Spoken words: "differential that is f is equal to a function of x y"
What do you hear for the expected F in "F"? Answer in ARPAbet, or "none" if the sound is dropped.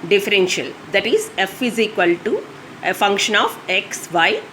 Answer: F